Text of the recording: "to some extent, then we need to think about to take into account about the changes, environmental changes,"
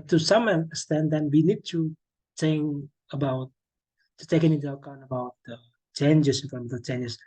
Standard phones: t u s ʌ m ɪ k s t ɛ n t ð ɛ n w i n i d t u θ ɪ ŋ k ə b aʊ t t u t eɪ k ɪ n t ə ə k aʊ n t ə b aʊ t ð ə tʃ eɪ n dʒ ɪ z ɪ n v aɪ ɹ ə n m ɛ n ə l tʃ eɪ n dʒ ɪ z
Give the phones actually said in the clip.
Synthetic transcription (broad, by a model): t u s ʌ m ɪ s t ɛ n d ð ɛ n w i n i d t u t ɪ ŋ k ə b aʊ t t u t eɪ k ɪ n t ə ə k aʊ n ə b aʊ t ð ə tʃ eɪ n dʒ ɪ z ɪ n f ɹ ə m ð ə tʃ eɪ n dʒ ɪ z